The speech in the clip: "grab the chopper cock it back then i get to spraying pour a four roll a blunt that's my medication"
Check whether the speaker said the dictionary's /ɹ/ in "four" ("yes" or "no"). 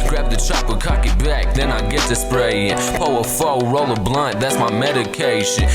no